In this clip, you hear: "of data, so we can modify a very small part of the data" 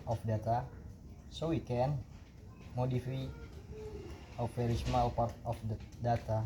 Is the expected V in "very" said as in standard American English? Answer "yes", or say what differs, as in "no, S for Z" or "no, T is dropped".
no, F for V